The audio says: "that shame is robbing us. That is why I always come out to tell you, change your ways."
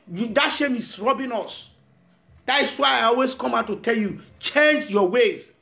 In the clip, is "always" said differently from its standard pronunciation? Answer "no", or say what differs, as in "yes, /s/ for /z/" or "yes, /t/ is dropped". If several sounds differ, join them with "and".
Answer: yes, /s/ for /z/